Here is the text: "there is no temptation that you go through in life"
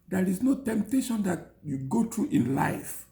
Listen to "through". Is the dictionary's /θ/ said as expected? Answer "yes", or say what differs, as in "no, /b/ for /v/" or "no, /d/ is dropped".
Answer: no, /t/ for /θ/